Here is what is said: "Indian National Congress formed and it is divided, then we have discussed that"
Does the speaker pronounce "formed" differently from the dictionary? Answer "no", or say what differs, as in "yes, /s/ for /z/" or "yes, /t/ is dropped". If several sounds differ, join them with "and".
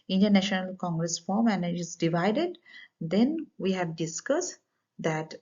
yes, /d/ is dropped